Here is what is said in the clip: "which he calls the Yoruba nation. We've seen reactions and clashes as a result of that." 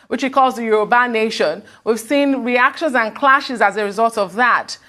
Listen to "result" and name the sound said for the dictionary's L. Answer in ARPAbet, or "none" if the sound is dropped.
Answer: L